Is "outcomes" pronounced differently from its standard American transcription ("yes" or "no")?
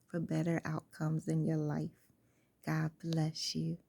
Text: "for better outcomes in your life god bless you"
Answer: no